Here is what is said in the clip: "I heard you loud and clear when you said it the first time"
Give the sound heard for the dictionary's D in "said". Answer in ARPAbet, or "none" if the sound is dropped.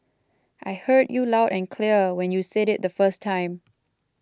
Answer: D